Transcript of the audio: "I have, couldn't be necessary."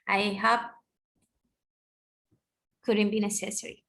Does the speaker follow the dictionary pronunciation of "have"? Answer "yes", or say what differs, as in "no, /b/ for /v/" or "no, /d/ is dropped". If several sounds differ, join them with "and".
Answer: no, /p/ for /v/